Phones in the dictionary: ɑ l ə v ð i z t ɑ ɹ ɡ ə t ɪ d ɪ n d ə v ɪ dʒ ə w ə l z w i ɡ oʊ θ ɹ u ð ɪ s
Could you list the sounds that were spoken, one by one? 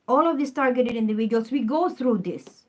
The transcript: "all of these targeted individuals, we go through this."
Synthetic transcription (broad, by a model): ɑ l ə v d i s t ɑ ɹ ɡ ə t ɪ d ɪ n d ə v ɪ dʒ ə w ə l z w i ɡ oʊ t ɹ u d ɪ s